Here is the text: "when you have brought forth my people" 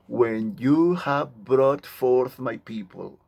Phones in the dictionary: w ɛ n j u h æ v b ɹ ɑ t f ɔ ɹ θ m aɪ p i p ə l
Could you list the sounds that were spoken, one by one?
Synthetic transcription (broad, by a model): w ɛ n j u h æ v b ɹ ɑ t f ɔ ɹ θ m aɪ p i p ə l